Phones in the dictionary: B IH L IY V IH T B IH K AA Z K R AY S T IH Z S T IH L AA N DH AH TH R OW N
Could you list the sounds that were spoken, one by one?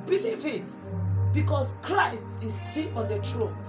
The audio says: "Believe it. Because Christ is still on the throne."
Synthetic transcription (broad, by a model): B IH L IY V IH T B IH K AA S K R AY S T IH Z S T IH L AA N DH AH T R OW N